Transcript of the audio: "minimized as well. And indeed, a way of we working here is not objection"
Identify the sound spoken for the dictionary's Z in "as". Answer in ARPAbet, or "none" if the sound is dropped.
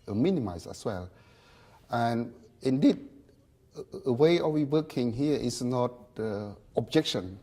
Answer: S